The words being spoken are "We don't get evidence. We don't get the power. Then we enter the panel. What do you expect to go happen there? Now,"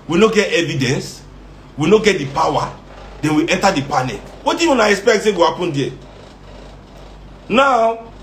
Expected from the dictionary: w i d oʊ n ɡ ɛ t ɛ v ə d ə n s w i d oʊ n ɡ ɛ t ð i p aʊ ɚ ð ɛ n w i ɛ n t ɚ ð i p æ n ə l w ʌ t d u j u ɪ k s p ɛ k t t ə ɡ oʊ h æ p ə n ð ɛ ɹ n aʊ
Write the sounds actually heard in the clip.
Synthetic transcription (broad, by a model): w i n oʊ ɡ ɛ t ɛ v ə d ə n s w i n oʊ ɡ ɛ t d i p aʊ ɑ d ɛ n w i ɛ n t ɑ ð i p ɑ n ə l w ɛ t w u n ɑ ɪ k s p ɛ k t s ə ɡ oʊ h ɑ p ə n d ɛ n aʊ